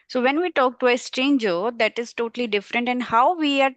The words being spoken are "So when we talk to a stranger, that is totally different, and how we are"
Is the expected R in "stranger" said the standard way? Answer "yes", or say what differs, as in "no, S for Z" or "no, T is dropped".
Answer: no, R is dropped